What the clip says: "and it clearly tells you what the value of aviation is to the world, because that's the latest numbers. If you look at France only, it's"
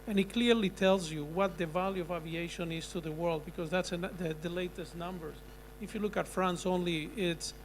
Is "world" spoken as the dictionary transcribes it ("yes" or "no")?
yes